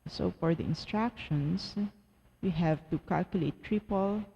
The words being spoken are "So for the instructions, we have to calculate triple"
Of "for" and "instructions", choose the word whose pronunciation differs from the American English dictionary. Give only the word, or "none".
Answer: instructions